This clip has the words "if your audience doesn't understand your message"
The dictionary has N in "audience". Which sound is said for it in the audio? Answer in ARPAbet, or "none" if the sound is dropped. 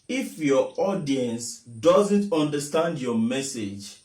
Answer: N